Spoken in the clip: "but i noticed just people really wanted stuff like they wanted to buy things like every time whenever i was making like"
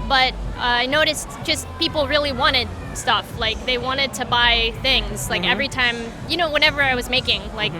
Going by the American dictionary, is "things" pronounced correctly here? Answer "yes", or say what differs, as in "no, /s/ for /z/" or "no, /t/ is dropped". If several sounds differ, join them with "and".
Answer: yes